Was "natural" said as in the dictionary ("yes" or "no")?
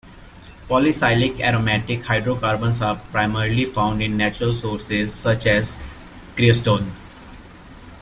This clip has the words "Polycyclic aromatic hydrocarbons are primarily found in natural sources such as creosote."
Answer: yes